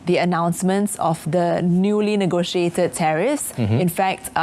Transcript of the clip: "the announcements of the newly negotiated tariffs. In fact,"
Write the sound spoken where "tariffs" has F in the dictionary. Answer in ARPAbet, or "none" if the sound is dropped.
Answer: none